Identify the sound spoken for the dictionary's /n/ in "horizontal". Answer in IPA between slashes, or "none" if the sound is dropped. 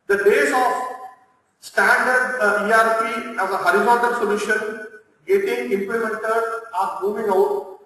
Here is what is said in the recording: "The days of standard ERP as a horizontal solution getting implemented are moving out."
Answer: none